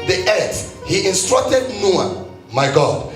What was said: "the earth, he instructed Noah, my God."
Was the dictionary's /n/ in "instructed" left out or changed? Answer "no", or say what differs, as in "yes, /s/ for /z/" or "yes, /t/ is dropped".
no